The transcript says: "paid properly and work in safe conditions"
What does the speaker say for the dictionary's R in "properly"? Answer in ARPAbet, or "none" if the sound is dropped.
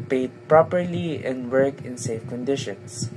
R